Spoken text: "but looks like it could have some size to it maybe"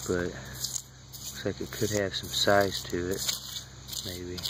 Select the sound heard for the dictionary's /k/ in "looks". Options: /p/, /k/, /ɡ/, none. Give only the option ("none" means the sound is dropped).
none